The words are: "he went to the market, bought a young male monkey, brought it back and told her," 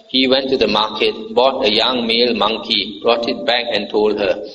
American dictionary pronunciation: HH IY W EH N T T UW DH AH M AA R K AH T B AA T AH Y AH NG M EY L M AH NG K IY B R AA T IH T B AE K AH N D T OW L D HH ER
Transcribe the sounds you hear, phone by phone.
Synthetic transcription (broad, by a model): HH IY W EH N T T UW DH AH M AA K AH T B AA T AH Y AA NG M EY L M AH NG K IY B R AA T IH T B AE K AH N T OW L D HH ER